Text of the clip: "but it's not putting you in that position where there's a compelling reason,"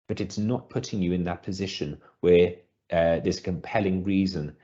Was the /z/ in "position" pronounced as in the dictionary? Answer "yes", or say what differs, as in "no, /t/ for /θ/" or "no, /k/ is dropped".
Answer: yes